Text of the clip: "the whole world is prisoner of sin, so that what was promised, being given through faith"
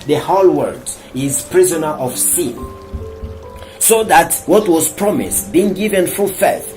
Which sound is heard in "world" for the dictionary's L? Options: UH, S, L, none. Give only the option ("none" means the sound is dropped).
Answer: none